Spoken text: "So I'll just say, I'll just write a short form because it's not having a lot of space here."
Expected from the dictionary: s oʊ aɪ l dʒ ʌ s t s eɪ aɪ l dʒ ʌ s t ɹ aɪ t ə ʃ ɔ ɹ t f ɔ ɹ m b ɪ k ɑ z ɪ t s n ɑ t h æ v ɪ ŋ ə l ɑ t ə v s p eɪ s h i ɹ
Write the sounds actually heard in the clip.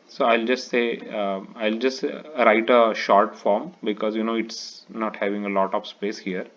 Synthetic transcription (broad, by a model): s oʊ aɪ l dʒ ʌ s t s eɪ aɪ l dʒ ʌ s t ɹ aɪ t ə ʃ ɔ ɹ t f ɔ ɹ m b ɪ k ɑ z ɪ t s n ɑ t h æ v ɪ ŋ ə l ɑ t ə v s p eɪ s h i ɹ